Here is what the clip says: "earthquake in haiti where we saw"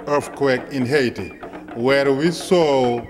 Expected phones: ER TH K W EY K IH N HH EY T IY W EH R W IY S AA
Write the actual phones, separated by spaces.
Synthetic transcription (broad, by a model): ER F K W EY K IH N HH EY T IY W EH R W IY S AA